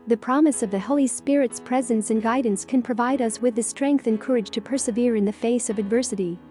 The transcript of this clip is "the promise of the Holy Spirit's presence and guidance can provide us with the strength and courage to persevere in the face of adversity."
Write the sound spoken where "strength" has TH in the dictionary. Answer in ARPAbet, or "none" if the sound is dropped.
TH